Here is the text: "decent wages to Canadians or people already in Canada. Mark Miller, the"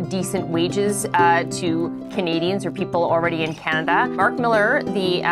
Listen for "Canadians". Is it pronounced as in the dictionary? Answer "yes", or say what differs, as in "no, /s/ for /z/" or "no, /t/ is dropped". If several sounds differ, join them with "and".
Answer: yes